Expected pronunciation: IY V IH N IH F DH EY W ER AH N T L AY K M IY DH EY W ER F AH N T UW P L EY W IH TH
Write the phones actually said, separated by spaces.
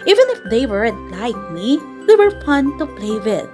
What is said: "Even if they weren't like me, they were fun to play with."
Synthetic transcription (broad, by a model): IY V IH N IH F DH EY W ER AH T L AY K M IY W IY W ER F AH N T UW P L EY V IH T